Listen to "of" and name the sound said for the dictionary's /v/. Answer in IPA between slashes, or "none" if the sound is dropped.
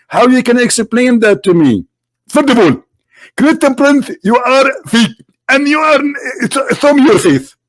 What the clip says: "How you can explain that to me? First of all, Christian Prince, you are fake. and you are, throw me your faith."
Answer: /b/